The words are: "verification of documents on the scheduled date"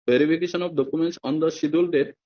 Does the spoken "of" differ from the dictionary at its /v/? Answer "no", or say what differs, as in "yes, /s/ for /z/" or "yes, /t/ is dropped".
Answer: yes, /b/ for /v/